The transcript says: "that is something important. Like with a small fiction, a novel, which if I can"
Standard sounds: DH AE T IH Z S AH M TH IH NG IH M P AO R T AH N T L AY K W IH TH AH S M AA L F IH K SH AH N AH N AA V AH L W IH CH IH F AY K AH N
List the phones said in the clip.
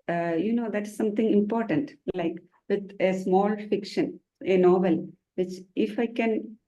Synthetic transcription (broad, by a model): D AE T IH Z S AH M T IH NG IH M P AO R T AH N T L AY K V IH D AH S M AA L F IH K SH AH N AH N AA V AH L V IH CH IH F AY K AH N